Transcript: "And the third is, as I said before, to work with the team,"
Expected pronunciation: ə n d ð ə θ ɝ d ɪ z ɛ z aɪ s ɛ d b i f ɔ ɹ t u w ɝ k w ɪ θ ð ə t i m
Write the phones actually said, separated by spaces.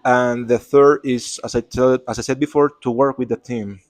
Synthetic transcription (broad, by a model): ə n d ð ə θ ɝ d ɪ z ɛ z aɪ s ɛ d b i f ɔ ɹ t u w ɝ k w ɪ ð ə t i m